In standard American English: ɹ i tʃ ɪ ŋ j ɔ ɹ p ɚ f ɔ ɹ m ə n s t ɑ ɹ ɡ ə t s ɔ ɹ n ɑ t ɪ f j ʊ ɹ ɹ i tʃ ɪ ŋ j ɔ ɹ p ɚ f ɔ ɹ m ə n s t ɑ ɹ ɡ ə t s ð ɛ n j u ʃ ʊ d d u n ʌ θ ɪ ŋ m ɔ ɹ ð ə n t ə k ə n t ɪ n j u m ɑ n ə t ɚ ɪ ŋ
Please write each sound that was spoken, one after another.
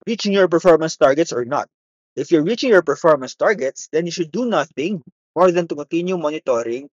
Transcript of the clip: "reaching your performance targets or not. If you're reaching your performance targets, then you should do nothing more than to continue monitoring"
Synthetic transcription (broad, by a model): ɹ i tʃ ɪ ŋ j ɔ ɹ p ɚ f ɔ ɹ m ə n s t ɑ ɹ ɡ ə t s ɔ ɹ n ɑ t ɪ f j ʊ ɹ ɹ i tʃ ɪ ŋ j ɔ ɹ p ɚ f ɔ ɹ m ə n s t ɑ ɹ ɡ ə t s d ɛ n j u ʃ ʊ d d u n ʌ θ ɪ ŋ m ɔ ɹ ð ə n t ə k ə n t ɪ n j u m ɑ n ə t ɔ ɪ ŋ